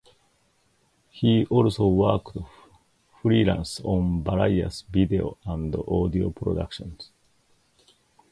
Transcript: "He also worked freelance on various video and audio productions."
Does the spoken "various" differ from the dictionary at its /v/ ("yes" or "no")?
yes